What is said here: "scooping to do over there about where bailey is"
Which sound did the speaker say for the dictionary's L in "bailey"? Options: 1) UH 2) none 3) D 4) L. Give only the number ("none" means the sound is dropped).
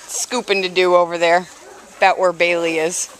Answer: 4